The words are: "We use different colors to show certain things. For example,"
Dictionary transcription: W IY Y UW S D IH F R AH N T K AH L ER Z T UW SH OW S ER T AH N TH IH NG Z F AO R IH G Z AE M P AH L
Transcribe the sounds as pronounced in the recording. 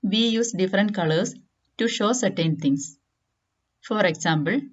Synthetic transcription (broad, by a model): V IY Y UW S D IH F R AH N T K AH L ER S T UW SH OW S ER T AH N T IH NG S F AO R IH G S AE M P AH L